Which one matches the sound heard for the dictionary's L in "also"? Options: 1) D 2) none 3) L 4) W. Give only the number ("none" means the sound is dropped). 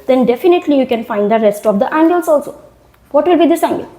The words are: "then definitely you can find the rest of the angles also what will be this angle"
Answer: 3